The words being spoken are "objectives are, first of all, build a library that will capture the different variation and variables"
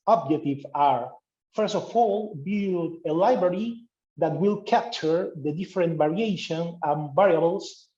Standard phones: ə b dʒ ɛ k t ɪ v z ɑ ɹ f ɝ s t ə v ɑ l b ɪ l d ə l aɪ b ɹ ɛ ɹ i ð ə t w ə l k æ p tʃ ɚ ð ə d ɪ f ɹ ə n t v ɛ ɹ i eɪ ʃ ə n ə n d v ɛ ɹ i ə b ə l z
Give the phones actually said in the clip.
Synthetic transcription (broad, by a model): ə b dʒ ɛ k t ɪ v ɑ ɹ f ɝ s t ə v ɑ l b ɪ d ə l aɪ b ɹ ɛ ɹ i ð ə t w ə l k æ p tʃ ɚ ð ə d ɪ f ɹ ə n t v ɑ ɹ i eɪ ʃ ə n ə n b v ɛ ɹ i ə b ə l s